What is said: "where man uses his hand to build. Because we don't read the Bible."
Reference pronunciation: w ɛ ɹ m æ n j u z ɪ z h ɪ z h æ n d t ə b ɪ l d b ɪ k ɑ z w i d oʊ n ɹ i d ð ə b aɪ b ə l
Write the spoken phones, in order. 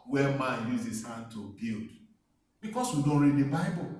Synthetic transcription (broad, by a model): w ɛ m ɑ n j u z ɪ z h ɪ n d t ə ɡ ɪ l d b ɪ k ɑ s w i d oʊ n ɹ i d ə b aɪ b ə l